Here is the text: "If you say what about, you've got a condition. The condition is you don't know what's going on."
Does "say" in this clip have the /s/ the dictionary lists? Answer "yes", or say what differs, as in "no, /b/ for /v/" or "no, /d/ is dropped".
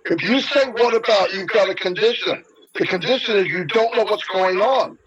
no, /θ/ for /s/